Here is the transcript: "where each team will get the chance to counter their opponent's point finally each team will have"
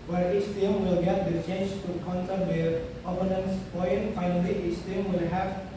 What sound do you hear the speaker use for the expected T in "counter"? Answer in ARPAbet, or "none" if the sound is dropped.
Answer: S